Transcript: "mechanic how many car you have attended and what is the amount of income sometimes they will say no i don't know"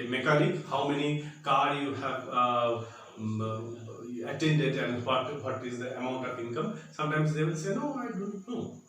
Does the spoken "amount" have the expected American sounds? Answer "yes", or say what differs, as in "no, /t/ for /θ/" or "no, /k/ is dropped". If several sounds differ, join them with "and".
yes